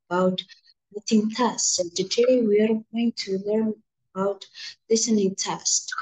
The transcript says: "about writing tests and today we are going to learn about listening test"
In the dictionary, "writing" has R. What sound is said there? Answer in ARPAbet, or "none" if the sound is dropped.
L